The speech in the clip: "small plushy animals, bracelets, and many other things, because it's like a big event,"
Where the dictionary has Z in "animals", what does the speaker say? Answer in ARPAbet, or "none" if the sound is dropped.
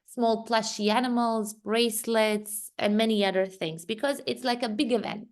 Z